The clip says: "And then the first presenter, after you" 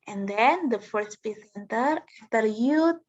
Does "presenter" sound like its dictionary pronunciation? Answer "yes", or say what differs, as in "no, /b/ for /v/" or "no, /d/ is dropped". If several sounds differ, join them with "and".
no, /ɹ/ is dropped and /s/ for /z/